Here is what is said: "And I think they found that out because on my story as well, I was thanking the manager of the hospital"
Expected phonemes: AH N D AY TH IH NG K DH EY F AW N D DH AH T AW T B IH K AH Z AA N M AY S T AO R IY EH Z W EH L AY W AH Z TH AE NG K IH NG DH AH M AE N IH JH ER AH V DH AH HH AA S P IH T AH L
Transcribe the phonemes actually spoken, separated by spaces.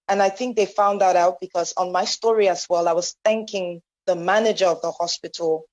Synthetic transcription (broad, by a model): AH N AY TH IH NG K DH EY F AW N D DH AH T AW T B IH K AH Z N M AY S T AO R IY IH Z W EH L AY W AH Z TH AE NG K IH NG DH AH M AE N IH JH ER AH V DH AH HH AA S P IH T L